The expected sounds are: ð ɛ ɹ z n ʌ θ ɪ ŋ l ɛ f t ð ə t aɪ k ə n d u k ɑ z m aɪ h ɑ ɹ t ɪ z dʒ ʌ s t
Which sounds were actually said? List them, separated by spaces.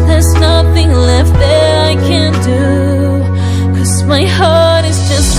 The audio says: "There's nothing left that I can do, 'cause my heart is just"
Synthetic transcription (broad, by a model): ð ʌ ɹ z n ʌ θ ɪ ŋ l ɛ f t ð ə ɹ aɪ k ə n d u k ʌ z m aɪ h ɑ ɹ t ɪ z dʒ ʌ s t